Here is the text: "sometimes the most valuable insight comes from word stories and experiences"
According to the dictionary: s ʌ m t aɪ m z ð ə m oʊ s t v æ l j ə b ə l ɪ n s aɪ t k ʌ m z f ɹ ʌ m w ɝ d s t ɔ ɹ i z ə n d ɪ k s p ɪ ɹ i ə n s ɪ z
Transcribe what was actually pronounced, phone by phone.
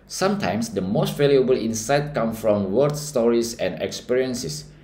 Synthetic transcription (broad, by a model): s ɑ m t aɪ m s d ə m oʊ s t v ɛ l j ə b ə l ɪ n s aɪ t k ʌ m f ɹ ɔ m w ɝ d s t ɔ ɹ i s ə n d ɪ k s p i ɹ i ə n s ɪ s